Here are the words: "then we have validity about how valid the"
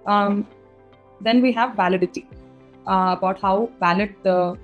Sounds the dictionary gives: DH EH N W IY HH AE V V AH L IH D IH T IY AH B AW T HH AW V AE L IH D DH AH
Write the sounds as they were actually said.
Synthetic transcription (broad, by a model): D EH N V IY HH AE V V AH L IH D IH T IY AH B AW T HH AW B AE L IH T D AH